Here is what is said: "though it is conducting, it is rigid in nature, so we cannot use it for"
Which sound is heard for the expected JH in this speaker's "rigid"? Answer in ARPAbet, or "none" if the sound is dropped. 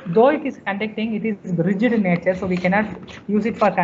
JH